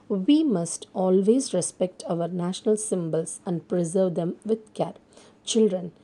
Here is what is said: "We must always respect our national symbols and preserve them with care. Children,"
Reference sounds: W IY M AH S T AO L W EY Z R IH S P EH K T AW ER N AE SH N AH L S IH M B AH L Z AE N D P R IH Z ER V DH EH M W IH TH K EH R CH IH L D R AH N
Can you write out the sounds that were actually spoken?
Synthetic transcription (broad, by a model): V IY M AH S T AO L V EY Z R IH S P EH K T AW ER N AE SH N AH L S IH M B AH L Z AE N D P R IH Z ER V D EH M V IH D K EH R CH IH L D R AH N